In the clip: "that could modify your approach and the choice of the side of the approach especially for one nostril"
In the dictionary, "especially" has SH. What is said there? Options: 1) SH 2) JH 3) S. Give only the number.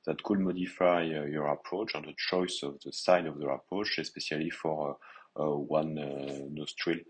3